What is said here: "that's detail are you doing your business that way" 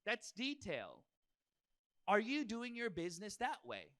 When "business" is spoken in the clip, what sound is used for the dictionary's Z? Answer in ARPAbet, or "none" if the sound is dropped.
Z